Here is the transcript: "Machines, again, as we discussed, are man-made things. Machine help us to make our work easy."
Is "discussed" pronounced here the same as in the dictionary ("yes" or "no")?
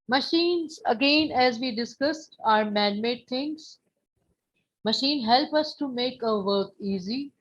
yes